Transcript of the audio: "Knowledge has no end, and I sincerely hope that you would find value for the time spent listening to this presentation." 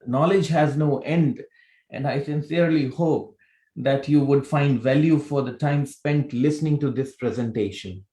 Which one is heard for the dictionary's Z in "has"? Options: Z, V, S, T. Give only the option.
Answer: Z